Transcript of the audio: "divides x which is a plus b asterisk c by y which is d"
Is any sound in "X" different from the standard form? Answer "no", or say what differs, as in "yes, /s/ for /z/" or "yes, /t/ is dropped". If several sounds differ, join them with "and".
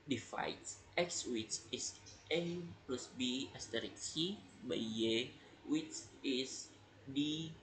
no